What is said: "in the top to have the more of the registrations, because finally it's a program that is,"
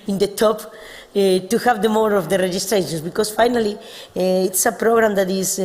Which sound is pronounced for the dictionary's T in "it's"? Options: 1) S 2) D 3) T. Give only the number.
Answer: 3